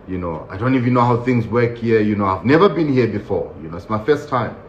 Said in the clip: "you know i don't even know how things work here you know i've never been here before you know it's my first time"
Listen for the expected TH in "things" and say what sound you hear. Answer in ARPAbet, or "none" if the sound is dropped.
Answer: TH